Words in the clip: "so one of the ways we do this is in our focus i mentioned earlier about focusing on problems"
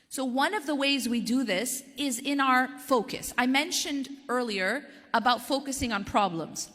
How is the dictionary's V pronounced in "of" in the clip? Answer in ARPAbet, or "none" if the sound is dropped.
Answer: V